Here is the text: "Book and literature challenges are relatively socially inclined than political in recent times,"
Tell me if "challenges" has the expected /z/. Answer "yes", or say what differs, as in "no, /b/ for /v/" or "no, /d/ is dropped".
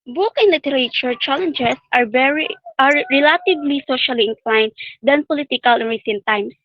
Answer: no, /s/ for /z/